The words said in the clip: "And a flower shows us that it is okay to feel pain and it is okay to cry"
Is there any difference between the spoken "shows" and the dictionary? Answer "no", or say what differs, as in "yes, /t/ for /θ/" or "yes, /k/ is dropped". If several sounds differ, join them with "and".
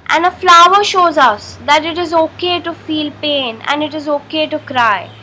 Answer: no